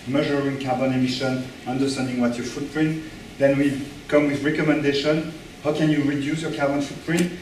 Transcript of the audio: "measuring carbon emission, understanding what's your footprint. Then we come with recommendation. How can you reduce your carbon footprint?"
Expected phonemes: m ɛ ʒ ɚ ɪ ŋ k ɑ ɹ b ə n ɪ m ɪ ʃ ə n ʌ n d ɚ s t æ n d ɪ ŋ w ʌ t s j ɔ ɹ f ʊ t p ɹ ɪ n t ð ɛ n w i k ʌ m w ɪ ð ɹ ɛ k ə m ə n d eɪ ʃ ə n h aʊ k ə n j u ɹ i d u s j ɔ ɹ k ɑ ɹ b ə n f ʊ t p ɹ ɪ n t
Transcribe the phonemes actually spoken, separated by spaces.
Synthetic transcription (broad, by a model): m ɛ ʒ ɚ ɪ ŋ k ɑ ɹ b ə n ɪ m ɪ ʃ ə n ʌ n d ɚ s t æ n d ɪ ŋ w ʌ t j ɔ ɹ f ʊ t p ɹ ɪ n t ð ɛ n w i k ʌ m w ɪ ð ɹ ɛ k ə m ə n d eɪ ʃ ə n h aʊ k ə n j u ɹ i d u s j ɔ ɹ k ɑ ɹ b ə n f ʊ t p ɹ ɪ n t